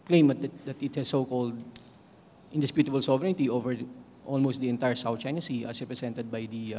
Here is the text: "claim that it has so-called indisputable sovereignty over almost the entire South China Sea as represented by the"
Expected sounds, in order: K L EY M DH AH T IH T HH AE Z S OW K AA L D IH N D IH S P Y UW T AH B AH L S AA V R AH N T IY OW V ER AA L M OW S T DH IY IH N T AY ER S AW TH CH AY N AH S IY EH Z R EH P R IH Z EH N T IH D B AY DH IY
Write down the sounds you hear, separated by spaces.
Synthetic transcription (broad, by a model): K L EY M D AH T IH T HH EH S OW K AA L D IH N D IH S P Y UW T AH B AH L S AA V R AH N T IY OW V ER AA L M OW S T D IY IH N T AY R S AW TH CH AY N AH S IY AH S R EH P R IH S EH N T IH D B AY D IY